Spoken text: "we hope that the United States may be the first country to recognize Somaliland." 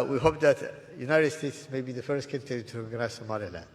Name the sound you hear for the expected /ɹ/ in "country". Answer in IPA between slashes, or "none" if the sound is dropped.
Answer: none